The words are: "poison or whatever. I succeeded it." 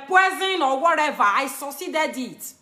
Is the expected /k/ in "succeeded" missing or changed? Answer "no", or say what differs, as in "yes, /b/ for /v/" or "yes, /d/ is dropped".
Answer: yes, /k/ is dropped